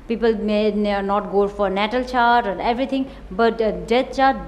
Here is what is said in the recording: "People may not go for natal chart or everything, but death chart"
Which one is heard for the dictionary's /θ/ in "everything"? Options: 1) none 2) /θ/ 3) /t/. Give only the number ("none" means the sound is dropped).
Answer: 3